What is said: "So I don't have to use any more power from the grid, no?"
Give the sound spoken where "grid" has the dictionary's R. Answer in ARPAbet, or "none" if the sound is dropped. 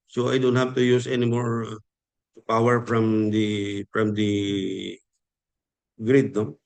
R